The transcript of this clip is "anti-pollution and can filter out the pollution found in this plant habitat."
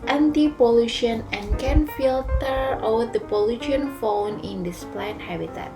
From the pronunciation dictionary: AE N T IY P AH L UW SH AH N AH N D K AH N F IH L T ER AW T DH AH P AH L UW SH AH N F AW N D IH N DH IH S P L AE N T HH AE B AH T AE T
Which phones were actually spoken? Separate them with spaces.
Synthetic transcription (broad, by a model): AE N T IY P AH L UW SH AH N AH N K AH N F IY L T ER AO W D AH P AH L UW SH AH N F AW N IH N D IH S P L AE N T HH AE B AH T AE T